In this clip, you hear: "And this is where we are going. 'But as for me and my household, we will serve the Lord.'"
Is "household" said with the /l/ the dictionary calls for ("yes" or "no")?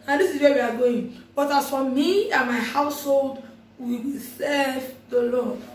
yes